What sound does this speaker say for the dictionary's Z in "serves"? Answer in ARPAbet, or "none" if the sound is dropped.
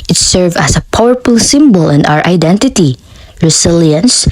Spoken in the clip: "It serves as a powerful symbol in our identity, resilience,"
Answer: none